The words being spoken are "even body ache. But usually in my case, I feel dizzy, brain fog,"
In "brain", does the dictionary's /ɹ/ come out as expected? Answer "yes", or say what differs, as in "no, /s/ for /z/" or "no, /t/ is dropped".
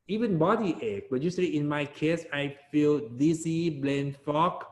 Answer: no, /l/ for /ɹ/